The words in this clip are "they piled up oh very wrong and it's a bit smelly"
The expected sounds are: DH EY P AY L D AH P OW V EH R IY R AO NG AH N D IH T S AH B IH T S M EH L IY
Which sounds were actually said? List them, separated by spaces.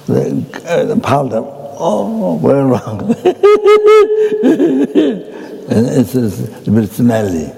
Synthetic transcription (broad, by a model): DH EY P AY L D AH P OW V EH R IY R AO NG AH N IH S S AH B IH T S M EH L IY